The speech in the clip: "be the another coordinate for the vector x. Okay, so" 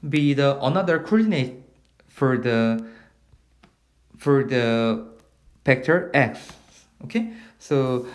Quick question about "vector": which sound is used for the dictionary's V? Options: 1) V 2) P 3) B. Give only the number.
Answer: 2